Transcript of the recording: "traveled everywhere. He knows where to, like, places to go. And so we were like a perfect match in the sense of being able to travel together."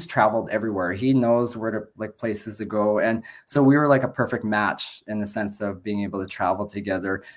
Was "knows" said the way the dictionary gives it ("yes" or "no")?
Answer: yes